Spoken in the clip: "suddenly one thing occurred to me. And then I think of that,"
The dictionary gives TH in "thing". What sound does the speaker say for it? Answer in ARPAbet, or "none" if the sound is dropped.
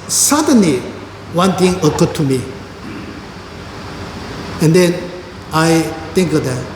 T